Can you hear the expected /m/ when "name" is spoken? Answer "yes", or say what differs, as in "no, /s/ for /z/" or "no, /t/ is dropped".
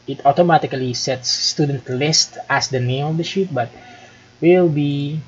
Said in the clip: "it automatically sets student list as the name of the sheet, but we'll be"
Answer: no, /m/ is dropped